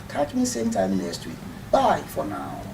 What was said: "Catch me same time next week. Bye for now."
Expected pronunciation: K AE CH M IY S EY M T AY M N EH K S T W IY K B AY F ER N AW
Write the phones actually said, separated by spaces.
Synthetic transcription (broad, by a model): K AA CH M IY S EY M T AY M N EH S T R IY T B AY F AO N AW